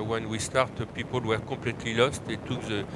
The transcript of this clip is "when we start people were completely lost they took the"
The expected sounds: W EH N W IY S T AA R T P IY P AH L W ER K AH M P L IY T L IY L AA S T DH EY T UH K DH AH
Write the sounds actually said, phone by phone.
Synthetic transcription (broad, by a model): W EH N W IY S T AA R T P IY P AH L W ER K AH P L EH T L IY L AA S T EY T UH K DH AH